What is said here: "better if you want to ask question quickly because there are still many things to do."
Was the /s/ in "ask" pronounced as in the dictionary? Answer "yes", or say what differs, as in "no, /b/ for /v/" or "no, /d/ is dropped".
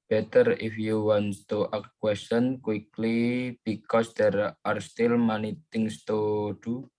no, /s/ is dropped